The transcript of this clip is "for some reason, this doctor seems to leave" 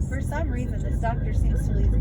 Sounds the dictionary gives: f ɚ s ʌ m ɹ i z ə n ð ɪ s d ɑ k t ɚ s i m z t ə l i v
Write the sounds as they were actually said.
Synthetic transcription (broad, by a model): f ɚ s ʌ m ɹ i z ə n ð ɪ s d ɑ k t ɚ s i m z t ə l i